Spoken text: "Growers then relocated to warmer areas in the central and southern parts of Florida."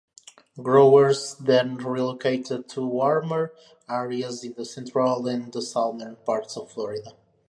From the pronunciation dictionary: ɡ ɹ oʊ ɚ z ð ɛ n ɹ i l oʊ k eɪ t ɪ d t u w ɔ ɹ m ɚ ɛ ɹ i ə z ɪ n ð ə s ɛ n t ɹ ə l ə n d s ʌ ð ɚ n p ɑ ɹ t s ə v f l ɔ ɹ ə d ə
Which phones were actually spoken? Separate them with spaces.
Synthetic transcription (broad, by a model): ɡ ɹ oʊ ɚ z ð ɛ n ɹ i l oʊ k eɪ t ɪ d t u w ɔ ɹ m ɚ ɛ ɹ i ə z ɪ n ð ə s ɛ n t ɹ ə l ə n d s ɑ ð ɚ n p ɑ ɹ t s ə v f l ɔ ɹ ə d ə